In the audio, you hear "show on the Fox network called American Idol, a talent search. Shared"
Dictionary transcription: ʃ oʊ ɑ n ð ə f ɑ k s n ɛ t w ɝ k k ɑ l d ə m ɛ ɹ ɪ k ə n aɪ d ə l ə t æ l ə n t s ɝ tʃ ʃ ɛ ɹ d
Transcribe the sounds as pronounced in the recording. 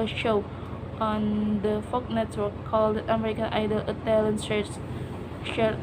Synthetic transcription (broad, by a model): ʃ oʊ ɑ n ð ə f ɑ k n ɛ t w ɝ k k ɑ l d ə m ɛ ɹ ɪ k ə n aɪ d ə l ə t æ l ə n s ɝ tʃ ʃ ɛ